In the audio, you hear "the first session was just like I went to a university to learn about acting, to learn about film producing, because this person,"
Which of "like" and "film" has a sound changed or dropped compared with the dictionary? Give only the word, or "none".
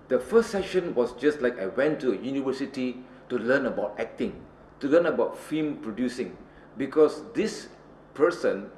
film